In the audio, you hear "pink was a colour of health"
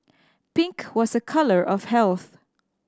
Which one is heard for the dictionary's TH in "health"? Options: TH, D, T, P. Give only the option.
TH